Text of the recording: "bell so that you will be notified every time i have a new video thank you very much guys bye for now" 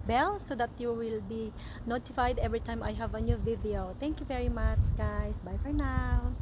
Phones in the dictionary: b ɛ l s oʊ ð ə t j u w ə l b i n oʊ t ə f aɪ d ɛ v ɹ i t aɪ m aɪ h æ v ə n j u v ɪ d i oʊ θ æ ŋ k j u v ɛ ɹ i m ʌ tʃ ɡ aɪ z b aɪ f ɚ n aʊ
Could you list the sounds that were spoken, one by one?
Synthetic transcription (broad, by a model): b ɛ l s oʊ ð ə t j u w ə l b i n oʊ t ə f aɪ d ɛ v ɹ i t aɪ m aɪ h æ v ə n j u v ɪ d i oʊ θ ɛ ŋ k j u v ɛ ɹ i m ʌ tʃ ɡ aɪ s b aɪ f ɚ n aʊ